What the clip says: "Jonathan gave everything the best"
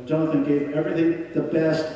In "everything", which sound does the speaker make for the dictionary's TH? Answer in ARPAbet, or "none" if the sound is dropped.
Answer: TH